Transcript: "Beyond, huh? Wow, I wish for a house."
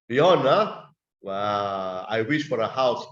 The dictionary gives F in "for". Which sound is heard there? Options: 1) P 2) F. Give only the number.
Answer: 2